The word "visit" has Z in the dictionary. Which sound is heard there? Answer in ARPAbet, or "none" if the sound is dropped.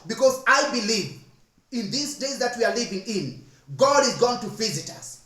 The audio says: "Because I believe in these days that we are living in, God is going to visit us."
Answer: Z